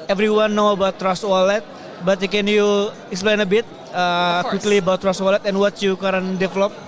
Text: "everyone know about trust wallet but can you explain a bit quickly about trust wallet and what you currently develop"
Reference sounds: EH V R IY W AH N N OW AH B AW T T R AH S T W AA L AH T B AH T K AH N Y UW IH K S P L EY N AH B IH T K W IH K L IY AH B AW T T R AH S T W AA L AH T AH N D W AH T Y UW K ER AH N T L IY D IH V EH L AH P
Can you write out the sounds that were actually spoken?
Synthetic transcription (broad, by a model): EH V R IY W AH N N OW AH B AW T T R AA S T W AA L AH T B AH T K AH N Y UW IH K S P L EY N AH B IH T K W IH K L IY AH B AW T T R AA S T W AA L AH T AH N W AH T Y UW K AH T IY D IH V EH L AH P